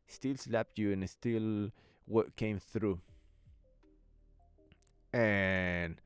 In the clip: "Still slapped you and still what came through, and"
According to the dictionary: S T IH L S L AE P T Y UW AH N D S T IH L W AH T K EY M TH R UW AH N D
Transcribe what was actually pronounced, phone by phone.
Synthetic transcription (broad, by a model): S T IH L S L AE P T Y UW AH N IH S T IH L W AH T K EY M TH R UW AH N